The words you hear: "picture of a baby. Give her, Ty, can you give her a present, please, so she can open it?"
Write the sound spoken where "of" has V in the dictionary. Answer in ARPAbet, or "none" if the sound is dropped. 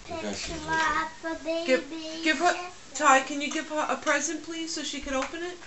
B